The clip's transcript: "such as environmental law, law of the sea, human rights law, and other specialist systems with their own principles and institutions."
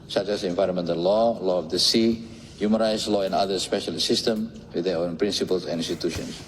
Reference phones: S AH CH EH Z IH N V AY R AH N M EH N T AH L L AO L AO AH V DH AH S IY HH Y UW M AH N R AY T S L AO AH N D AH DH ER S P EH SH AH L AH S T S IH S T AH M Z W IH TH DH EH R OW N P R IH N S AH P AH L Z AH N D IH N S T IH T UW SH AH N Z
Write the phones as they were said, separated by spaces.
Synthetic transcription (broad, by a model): S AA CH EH S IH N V AY R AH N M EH N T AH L L AO L AO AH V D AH S IY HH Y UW M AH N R AY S L AO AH N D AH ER S P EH SH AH L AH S S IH S T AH M W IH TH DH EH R OW N P R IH N S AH P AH L S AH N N S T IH T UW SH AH N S